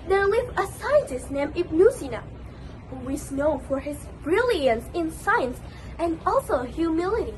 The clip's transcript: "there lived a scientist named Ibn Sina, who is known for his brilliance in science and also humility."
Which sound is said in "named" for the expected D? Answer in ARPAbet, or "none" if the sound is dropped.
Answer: none